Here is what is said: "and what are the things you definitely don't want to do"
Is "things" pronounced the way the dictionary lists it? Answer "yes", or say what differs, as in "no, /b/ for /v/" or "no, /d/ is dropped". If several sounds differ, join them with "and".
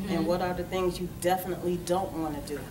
yes